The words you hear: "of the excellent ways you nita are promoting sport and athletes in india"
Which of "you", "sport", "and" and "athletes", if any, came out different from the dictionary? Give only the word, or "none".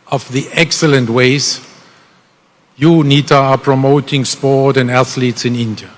none